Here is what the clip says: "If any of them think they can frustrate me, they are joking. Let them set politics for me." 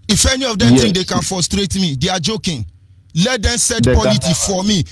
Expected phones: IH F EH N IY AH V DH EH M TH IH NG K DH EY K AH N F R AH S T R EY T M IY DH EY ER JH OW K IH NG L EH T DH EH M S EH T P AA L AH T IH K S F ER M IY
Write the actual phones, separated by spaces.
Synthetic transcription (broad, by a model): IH F EH N IY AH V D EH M T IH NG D EY K AH N F R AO S T R EY T M IY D EY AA JH OW K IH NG L EH T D EH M S EH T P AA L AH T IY F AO M IY